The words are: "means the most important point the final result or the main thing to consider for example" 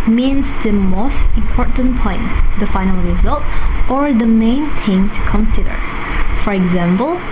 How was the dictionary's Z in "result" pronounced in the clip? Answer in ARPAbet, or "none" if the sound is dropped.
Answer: Z